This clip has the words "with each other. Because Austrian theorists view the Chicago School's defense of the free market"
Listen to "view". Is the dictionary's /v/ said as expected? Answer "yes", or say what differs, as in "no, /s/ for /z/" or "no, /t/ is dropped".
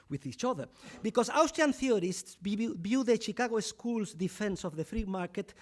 no, /b/ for /v/